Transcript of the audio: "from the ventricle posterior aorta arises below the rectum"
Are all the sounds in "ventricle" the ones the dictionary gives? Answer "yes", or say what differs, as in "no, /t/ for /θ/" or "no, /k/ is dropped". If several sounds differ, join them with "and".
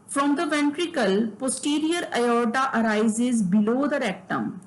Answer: yes